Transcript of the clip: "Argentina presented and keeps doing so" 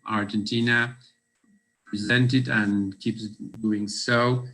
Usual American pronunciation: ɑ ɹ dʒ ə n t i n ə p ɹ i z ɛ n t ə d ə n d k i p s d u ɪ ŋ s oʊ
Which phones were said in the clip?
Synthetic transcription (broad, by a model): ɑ ɹ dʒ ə n t i n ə p ɹ i z ɛ n t ə d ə n k i p s d u ɪ ŋ s oʊ